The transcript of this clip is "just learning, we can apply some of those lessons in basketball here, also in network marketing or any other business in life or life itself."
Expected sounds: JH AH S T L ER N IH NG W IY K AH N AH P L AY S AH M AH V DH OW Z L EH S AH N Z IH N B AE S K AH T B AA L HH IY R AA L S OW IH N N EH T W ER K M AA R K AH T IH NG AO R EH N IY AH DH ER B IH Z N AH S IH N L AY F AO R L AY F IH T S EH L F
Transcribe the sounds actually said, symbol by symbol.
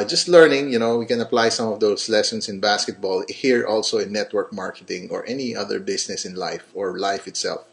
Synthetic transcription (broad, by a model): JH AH S T L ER N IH NG W IY K AH N AH P L AY S AH M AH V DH OW S L EH S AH N S IH N B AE S K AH T B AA L HH IY R AA L S OW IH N N EH T W ER K M AA R K AH T IH NG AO R EH N IY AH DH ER B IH S N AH S IH N L AY F AO R L AY F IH T S EH L F